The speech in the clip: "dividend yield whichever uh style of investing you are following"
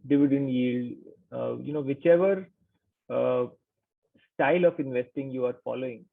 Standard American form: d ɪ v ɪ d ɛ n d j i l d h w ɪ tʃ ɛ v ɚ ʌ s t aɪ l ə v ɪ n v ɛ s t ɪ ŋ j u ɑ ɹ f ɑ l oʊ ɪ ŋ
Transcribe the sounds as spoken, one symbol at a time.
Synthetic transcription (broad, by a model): d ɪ v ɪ d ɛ n d j i l d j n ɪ tʃ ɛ v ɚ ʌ s t aɪ l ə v ɪ n v ɛ s t ɪ ŋ j u ɑ ɹ f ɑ l oʊ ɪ ŋ